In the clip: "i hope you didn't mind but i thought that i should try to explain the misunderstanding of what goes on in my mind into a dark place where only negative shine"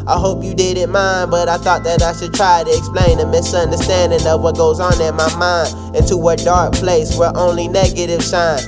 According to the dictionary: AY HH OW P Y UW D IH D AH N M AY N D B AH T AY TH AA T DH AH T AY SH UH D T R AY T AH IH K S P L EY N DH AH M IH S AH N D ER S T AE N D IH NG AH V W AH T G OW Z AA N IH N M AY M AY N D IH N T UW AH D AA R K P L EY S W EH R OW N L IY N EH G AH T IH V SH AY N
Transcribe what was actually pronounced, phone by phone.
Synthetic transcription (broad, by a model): AY HH OW P Y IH D IH D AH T M AY N D B AH T AY TH AA T DH AH T AY SH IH D T R AY T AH IH K S P L EY N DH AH M IH S AH N D ER S T AE N D IH NG AH V W AH T G OW Z N IH N M AY M AY N D IH N T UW AH D AA R K P L EY S W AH R OW N L IY N EH G AH T IH V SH AY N